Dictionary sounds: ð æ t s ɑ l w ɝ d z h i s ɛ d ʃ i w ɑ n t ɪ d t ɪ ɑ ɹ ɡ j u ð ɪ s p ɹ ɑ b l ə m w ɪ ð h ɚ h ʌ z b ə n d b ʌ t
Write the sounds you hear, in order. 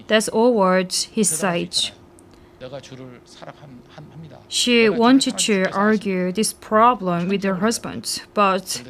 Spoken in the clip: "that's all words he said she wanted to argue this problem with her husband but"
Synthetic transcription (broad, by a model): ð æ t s ɑ l w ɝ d h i s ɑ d ʃ i w ɑ n t ɪ d t ɪ ɑ ɹ ɡ j u ð ɪ s p ɹ ɑ b l ə m w ɪ ð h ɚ h ʌ z b ə n d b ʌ t